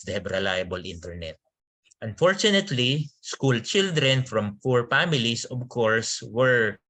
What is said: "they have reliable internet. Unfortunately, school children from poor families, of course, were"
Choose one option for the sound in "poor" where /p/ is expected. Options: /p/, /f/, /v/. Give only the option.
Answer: /f/